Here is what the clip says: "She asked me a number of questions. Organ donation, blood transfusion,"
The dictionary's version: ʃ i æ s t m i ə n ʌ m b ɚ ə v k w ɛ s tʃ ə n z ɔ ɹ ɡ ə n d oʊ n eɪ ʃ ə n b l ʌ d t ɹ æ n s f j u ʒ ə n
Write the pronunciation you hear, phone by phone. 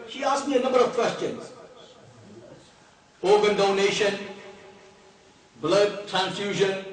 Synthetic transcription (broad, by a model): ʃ i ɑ s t m i ə n ʌ m b ɚ ə v k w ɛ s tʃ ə n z ɔ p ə n d oʊ n eɪ ʃ ə n b l ʌ d t ɹ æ n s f j u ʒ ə n